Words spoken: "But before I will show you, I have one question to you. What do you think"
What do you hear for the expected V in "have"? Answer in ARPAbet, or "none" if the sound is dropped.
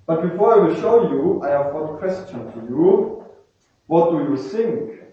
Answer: V